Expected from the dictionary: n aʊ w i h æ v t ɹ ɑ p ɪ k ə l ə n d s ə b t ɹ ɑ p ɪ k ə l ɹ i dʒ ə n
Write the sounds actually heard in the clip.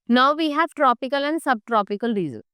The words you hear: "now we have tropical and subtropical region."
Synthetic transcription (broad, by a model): n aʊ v i h æ v t ɹ ɑ p ɪ k ə l ə n d s ə b t ɹ ɑ p ɪ k ə l ɹ i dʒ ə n